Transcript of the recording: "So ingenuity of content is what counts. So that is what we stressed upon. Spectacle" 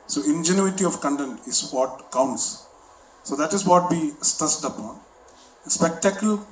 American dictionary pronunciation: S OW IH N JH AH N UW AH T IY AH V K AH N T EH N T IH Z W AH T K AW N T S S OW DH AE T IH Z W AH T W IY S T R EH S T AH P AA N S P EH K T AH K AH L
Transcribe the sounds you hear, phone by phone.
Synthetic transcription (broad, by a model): S OW IH N JH AH N UW AH T IY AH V K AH N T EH N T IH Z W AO T K AW N T S S OW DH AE T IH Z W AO T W IY S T AH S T AH P AA N S P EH K T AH K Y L